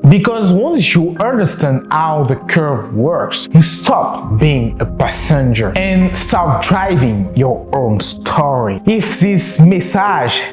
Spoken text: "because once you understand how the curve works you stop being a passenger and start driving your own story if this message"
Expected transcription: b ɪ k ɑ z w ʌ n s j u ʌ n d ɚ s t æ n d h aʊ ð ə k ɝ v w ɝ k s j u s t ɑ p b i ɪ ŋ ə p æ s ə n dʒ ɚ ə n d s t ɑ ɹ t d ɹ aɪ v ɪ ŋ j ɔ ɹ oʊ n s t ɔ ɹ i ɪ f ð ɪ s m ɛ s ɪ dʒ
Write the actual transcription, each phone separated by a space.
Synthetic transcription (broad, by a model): b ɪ k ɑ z w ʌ n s j u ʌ n d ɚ s t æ n d h aʊ ð ə k ɝ v w ɝ k s j u s t ɑ p b i ɪ ŋ ə p æ s ə n dʒ ɚ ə n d s t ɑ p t d ɹ aɪ v ɪ ŋ j ɔ ɹ oʊ n s t ɔ ɹ i ɪ f ð ɪ s m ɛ s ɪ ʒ